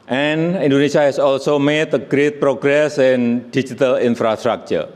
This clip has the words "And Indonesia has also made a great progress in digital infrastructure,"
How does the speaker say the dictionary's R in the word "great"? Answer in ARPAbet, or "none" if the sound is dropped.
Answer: R